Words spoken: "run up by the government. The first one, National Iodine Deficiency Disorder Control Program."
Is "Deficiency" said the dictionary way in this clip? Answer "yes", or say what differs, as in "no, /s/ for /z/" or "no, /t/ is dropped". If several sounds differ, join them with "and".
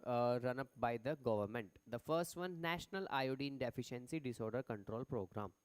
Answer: yes